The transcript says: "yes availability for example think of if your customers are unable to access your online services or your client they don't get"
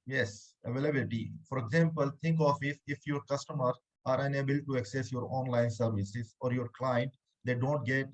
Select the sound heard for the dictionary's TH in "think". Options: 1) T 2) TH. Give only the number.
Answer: 1